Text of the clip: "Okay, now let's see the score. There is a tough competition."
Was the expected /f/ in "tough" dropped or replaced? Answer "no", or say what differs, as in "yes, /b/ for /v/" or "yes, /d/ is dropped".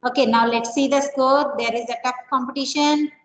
yes, /p/ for /f/